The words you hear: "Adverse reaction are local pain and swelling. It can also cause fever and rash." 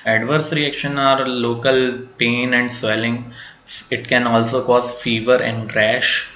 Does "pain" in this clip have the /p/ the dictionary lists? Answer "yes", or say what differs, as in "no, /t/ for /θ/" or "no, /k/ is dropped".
yes